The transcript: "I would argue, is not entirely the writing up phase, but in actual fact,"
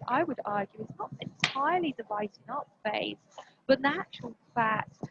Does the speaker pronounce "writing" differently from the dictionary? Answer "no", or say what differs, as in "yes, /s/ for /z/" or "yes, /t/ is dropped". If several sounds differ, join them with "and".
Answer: yes, /l/ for /ɹ/